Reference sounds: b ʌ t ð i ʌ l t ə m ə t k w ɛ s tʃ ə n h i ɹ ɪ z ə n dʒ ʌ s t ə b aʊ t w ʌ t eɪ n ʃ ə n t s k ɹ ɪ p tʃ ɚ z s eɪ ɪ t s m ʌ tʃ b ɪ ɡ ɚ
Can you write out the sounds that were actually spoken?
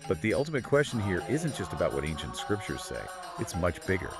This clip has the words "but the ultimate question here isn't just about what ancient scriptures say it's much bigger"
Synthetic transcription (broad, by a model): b ʌ t ð i ʌ l t ə m ə t k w ɛ s tʃ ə n h i ɹ ɪ z ə n dʒ ʌ s t ə b aʊ t w ʌ t eɪ n ʃ ə n t s k ɹ ɪ p tʃ ɚ z s eɪ ɪ t s m ʌ tʃ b ɪ ɡ ɚ